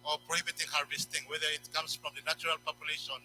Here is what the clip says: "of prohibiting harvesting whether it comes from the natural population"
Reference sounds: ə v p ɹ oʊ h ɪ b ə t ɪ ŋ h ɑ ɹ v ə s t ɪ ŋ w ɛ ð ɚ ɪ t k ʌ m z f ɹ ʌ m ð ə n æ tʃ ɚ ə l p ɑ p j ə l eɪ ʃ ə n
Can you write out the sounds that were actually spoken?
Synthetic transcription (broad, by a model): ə p ɹ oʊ h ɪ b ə t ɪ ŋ h ɑ ɹ v ə s t ɪ ŋ w ɛ ð ɚ ɪ t k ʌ m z f ɹ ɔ m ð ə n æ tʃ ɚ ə l p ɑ p j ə l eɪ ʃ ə n